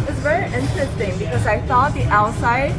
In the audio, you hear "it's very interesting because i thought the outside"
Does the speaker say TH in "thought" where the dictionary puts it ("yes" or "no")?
no